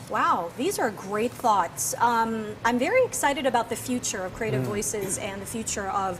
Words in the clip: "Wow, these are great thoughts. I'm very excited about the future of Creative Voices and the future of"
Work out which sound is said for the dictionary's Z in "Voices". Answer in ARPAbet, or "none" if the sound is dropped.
Z